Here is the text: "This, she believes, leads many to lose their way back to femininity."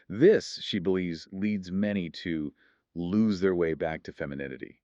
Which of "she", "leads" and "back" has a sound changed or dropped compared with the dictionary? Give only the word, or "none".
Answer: none